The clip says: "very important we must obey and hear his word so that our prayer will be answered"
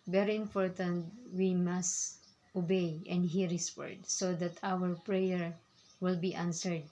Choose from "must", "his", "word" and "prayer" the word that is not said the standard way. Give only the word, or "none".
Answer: his